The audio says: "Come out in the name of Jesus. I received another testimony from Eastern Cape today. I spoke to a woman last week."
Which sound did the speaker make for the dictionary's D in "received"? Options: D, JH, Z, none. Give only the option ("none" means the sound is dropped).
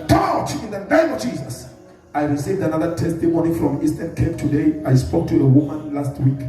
D